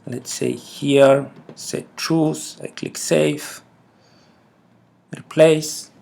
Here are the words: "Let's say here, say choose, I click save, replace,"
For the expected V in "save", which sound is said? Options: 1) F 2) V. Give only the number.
1